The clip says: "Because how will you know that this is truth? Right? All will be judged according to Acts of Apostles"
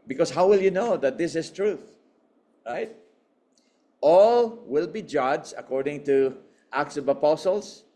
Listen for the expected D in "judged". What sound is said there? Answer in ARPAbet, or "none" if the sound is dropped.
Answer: none